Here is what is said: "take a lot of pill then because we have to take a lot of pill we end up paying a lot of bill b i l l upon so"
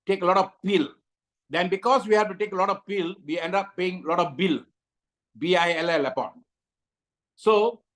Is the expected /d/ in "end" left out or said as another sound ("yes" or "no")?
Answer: no